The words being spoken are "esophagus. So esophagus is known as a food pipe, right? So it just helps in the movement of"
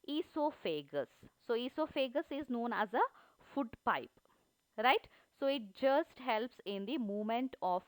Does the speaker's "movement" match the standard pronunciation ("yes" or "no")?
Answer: no